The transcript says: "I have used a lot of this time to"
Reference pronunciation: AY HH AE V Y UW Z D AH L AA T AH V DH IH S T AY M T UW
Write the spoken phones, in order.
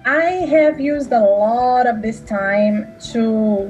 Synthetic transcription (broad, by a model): AY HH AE V Y UW Z D AH L AA T AH V DH IH S T AY M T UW